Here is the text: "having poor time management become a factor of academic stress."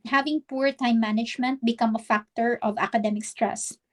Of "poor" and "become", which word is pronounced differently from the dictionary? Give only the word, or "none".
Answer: none